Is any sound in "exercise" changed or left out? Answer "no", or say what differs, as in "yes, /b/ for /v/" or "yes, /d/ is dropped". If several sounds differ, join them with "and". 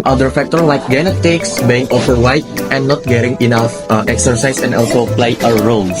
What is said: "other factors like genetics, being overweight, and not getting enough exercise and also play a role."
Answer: yes, /s/ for /z/